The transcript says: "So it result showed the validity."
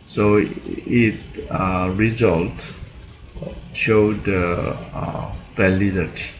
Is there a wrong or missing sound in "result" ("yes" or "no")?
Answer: no